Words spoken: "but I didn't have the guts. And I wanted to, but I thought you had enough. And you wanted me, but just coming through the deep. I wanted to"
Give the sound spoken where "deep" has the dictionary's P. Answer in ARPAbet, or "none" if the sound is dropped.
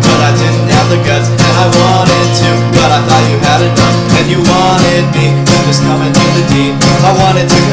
none